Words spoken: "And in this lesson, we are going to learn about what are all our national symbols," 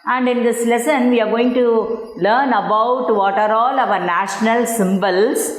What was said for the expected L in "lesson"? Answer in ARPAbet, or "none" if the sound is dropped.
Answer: L